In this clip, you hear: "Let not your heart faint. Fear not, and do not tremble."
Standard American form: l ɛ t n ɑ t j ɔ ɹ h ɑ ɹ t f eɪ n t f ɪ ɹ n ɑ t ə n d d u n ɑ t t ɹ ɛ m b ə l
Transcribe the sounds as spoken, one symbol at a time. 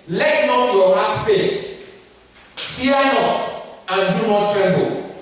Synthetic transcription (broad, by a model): l ɛ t n ɑ t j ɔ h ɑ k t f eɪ t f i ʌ n ɑ t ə n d d u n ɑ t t ɹ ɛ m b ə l